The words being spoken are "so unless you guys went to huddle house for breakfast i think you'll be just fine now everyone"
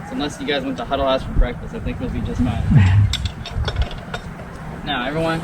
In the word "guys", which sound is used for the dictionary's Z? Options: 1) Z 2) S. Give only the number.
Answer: 1